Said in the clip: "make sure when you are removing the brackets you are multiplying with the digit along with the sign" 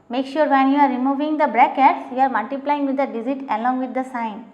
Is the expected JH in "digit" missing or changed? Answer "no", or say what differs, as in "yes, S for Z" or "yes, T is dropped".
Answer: yes, Z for JH